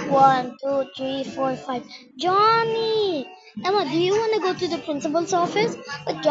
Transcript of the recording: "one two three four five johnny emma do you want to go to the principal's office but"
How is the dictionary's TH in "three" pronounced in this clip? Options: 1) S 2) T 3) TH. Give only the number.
2